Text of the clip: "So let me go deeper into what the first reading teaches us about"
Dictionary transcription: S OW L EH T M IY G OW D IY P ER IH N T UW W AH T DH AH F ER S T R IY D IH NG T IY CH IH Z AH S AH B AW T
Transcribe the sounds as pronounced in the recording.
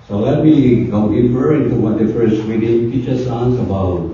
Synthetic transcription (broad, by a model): S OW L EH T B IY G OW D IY F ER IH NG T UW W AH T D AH F ER S T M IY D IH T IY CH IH S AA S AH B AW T